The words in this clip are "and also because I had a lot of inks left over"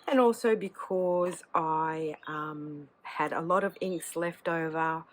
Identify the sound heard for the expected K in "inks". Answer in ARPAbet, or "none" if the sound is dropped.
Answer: K